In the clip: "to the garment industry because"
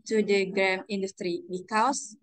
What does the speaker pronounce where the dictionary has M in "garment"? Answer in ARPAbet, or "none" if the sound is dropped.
none